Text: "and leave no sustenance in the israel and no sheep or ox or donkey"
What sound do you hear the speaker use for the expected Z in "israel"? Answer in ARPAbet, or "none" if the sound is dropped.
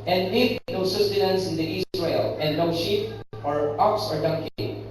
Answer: S